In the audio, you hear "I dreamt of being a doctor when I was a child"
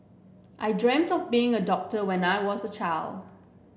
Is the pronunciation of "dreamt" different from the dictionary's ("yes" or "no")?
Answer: no